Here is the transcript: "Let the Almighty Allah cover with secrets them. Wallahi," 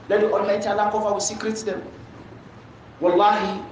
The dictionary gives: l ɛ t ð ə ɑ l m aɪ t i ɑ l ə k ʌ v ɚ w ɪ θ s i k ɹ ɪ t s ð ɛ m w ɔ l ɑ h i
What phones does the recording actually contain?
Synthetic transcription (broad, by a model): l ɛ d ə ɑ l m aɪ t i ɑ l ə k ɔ f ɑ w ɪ s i k ɹ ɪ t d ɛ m w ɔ l ɑ h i